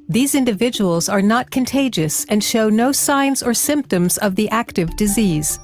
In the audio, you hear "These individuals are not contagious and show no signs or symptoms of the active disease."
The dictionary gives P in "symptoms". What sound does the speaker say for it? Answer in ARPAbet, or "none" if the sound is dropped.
P